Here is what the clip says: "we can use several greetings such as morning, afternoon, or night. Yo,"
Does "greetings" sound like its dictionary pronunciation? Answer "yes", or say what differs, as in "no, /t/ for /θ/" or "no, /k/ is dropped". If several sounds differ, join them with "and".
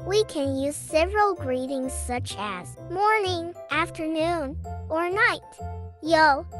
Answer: yes